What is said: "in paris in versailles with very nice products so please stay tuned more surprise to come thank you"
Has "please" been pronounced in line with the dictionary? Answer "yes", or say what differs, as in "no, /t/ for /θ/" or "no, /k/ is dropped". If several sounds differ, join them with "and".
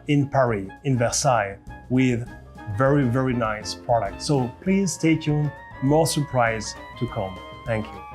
yes